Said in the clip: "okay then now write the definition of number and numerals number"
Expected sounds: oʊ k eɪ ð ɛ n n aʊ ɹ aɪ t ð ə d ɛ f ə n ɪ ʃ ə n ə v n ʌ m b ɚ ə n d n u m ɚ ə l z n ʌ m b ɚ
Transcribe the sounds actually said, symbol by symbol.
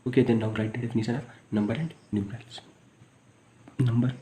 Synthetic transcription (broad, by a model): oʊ k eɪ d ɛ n n aʊ ɹ aɪ t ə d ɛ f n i s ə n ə n ʌ m b ɚ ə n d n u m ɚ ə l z n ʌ m b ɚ